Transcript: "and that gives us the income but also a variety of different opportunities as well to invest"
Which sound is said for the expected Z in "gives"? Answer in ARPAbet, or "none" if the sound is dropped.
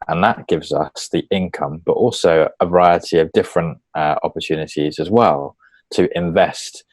Z